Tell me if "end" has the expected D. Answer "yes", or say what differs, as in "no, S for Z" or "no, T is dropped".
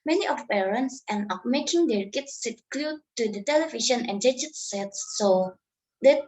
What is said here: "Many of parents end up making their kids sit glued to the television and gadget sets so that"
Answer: no, D is dropped